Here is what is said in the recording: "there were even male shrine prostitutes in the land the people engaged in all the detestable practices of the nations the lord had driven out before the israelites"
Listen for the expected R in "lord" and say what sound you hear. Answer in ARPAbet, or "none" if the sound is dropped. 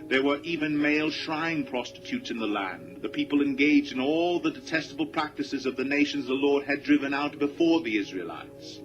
R